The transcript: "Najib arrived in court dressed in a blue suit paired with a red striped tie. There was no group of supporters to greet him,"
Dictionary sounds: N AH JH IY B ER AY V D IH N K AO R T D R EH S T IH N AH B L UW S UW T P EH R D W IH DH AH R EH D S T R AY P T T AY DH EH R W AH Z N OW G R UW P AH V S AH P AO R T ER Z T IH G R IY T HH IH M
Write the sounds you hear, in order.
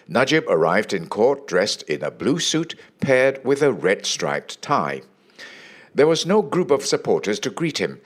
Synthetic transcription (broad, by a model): N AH JH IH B ER AY V D IH N K AO R T D R EH S T IH N AH B L UW S UW T P EH R D W IH DH AH R EH D S T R AY P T T AY DH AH R W AH Z N OW G R UW P AH V S AH P AO R T ER Z T IH G R IY T HH IH M